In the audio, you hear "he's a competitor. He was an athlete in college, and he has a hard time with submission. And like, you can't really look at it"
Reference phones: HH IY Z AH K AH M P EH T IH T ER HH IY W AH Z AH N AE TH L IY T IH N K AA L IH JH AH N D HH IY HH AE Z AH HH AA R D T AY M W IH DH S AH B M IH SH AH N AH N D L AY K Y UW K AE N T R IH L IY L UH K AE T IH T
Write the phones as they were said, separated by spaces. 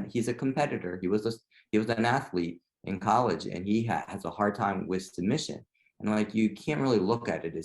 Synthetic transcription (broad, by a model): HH IY Z AH K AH M P EH T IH T ER HH IY W AH Z AH N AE TH L IY T IH N K AA L IH JH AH N IY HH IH Z AH HH AA R D T AY M W IH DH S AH M IH SH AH N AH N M L AY K Y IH K AE N T R IH L IY L UH K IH T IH T